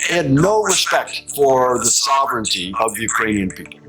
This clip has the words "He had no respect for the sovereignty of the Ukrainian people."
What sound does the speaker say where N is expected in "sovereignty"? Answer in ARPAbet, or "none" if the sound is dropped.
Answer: N